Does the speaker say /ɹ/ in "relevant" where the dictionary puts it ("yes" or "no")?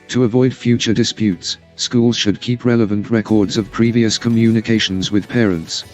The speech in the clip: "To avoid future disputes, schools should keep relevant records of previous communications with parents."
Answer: yes